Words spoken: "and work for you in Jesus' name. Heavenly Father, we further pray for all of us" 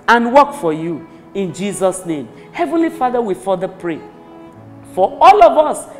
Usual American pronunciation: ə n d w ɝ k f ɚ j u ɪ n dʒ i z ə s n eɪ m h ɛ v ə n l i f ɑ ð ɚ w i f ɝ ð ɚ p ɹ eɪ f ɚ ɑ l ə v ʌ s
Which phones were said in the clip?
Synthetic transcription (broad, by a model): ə n w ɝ k f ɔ j u ɪ n dʒ i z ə s n eɪ m h ɛ v ə n l i f ɑ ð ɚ w i f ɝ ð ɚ p ɹ eɪ f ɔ ɑ l ə v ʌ s